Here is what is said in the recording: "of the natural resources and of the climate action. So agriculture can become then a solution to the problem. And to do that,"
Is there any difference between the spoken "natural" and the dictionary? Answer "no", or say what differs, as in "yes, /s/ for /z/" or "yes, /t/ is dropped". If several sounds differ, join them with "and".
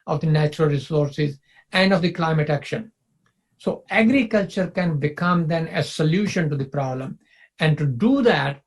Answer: no